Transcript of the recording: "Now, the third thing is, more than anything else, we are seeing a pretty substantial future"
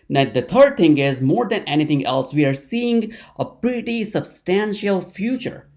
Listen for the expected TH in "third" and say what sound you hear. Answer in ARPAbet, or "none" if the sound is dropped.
T